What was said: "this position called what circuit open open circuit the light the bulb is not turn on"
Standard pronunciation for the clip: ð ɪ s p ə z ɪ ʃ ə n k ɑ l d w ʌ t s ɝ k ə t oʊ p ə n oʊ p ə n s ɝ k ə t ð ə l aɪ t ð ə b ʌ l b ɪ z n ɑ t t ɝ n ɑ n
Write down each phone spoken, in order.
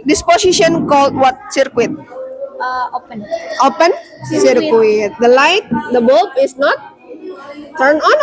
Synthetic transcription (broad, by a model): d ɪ s p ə s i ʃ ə n k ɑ l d w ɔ t s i k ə t oʊ p ə n oʊ p ə n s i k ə t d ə l aɪ t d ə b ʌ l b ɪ s n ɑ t t ɝ n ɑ n